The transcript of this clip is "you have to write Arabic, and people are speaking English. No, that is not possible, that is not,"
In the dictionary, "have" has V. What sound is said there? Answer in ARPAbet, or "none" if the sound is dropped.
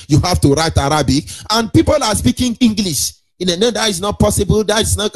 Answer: F